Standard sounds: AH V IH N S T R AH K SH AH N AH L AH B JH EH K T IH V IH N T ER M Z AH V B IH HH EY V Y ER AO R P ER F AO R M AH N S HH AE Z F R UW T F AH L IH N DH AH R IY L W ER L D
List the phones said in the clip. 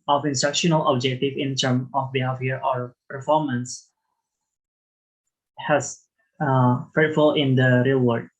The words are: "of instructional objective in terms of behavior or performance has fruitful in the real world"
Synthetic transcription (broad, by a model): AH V IH N S T R AH K SH AH N AH L AH B JH EH K T IH V IH N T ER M AH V B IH HH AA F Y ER AO R P ER F AO R M AH N S HH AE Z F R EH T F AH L IH N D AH R IY L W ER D